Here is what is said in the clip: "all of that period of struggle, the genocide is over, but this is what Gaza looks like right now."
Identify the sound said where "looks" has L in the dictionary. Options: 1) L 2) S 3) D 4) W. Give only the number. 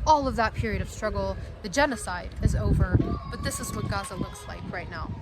1